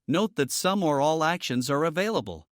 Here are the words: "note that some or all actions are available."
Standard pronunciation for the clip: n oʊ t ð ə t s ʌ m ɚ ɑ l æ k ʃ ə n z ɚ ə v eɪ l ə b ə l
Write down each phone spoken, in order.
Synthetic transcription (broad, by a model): n oʊ t ð ə t s ʌ m ɚ ɑ l æ k ʃ ə n z ɚ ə v eɪ l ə b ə l